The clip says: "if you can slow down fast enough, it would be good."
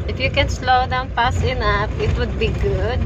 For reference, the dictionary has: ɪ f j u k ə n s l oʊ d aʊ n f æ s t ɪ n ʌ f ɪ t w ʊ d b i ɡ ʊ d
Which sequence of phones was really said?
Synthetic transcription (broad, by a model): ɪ f j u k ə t s l oʊ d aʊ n p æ s ɪ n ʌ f ɪ t w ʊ d b i ɡ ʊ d